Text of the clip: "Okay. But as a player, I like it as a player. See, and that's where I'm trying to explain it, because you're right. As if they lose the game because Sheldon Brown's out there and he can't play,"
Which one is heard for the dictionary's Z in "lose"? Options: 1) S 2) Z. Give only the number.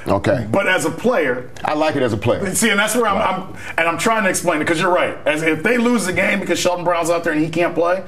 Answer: 2